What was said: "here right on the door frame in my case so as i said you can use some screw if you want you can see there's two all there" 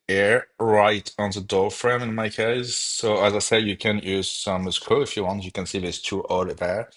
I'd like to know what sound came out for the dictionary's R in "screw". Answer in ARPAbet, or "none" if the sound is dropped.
none